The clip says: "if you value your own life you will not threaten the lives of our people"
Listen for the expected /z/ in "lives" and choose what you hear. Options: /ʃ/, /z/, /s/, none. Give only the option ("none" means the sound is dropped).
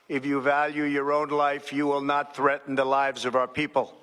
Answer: /z/